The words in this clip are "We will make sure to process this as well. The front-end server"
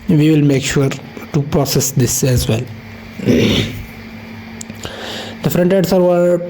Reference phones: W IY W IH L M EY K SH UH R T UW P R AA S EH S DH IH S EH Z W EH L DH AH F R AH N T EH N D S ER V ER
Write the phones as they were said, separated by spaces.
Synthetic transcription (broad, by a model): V IY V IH L M EY K SH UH R T UW P R AA S EH S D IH S EH Z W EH L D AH F R AH N T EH D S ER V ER